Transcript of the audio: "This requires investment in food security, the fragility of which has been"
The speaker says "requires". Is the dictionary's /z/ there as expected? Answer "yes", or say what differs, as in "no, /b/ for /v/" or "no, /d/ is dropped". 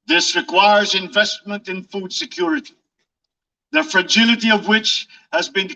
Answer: yes